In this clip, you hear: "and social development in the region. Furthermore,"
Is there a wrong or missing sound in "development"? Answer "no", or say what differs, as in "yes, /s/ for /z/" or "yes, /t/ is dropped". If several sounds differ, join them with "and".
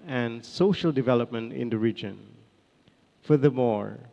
no